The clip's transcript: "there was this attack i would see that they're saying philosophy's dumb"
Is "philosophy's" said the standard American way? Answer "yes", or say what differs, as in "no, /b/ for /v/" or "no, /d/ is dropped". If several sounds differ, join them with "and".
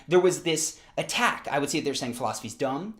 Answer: yes